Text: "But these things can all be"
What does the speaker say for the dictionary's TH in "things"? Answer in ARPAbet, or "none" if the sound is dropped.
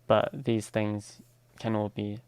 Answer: TH